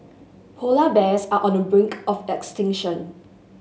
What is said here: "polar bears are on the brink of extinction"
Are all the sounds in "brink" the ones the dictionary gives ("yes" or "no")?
yes